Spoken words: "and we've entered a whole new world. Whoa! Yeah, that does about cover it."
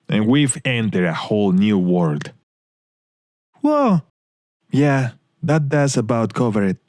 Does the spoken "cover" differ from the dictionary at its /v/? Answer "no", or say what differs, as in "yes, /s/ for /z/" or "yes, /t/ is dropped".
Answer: no